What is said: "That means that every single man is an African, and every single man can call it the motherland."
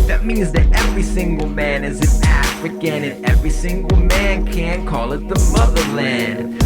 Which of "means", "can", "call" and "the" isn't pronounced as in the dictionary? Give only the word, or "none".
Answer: none